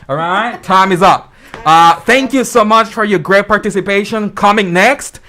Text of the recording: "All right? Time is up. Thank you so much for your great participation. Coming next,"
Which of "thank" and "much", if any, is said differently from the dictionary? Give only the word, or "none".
none